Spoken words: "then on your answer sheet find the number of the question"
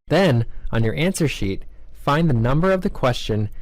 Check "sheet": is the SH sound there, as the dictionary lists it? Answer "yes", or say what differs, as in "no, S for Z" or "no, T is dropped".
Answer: yes